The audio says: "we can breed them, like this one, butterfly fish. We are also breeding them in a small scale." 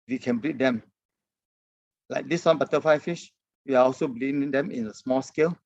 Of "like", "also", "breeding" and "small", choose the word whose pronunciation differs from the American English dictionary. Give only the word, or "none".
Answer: breeding